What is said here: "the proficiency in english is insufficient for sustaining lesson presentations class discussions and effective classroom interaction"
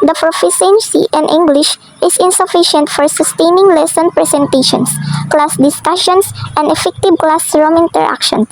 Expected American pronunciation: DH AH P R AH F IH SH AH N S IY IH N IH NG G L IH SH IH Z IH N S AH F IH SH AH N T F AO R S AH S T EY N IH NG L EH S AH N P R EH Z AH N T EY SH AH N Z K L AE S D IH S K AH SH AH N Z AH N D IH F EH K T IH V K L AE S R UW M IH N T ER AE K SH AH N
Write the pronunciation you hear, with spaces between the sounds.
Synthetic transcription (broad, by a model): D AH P R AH F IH S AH N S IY IH N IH NG G L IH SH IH S IH N S AH F IH SH AH N T F AO R S AH S T EY N IH NG L EH S AH N P R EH S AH N T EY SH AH N S K L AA S D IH S K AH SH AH N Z AH N D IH F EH K T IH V K L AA S R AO M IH N T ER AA K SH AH N